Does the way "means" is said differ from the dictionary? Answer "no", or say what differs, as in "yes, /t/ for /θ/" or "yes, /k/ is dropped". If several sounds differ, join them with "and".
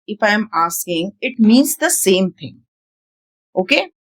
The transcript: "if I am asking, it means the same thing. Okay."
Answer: no